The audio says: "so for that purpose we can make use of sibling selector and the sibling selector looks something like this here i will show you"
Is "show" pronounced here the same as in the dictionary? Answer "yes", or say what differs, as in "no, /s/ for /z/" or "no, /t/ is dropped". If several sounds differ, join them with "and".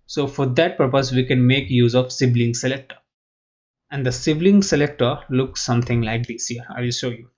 yes